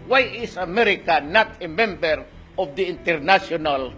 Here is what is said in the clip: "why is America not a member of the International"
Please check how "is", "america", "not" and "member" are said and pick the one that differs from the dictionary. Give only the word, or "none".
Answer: is